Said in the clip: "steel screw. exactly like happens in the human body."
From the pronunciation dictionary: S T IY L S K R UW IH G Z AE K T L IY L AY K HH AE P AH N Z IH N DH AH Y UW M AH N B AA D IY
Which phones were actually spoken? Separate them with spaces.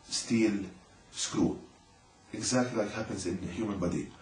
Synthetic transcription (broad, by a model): S T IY L S K R UW IH G Z AE K T L IY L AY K HH AE P AH N Z IH N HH Y UW M AH N B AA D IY